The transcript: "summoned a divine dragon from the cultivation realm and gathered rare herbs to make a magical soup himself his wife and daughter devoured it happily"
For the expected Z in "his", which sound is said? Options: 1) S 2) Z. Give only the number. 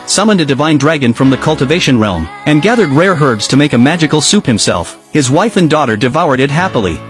2